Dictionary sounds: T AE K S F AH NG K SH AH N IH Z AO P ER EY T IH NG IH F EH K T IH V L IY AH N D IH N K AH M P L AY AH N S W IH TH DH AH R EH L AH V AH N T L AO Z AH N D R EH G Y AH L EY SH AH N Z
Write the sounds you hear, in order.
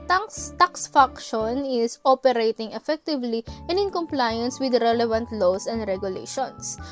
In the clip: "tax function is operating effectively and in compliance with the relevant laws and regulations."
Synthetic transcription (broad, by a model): T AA K S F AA K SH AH N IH S AO P ER EY T IH NG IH F EH K T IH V L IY AH N D IH N K AH M P L AY AH N S W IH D R EH L AH V AH N T L AO S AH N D R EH G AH L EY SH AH N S